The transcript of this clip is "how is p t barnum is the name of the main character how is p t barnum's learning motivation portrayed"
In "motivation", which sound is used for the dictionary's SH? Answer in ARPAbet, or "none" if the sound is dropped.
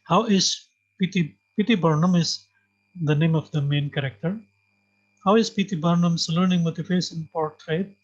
S